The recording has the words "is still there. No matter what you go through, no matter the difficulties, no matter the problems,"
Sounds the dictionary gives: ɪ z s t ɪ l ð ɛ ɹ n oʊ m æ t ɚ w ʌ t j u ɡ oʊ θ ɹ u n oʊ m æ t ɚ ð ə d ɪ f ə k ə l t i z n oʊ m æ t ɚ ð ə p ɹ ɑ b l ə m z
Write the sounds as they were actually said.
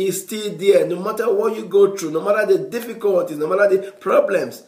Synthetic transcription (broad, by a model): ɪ s t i l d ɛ n oʊ m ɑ t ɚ w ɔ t j u ɡ oʊ t ɹ u n oʊ m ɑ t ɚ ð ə d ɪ f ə k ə l t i s n oʊ m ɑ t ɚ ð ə p ɹ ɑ b l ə m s